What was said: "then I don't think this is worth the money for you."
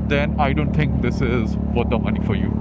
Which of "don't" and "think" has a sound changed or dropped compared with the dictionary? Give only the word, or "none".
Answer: think